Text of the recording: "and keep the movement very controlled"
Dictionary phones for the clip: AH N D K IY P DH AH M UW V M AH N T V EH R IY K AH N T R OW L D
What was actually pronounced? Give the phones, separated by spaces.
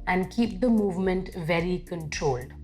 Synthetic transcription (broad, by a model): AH N D K IY P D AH M UW V M AH N T V EH R IY K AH N T R OW L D